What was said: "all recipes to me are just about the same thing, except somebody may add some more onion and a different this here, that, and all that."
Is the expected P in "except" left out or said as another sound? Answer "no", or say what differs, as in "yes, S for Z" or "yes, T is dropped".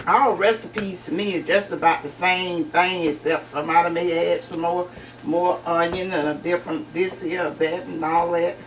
yes, P is dropped